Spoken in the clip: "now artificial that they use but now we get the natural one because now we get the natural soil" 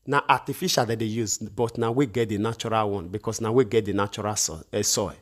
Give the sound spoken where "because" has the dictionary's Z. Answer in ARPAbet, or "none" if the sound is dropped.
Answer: S